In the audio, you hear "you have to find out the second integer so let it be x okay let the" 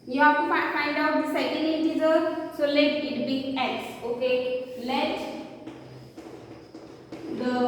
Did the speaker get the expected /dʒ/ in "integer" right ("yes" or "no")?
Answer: no